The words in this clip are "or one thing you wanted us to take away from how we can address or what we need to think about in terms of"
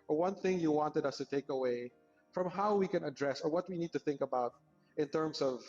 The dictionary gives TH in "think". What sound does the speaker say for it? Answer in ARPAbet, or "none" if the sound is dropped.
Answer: TH